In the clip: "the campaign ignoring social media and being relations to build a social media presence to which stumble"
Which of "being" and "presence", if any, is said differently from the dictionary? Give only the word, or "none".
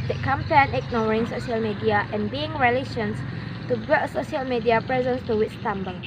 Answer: none